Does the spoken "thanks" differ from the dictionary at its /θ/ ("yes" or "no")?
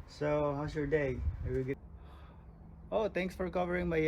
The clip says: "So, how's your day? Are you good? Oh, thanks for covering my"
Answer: yes